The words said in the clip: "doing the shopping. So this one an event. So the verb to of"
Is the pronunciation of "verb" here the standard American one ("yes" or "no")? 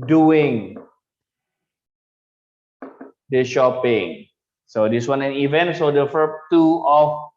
no